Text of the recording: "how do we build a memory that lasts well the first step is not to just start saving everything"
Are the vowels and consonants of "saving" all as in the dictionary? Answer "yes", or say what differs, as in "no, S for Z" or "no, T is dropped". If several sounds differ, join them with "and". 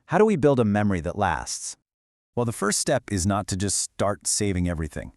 yes